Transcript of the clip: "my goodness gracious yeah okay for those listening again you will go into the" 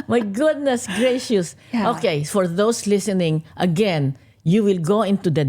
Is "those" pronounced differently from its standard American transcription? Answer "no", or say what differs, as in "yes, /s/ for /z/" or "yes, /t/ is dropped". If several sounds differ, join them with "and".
yes, /s/ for /z/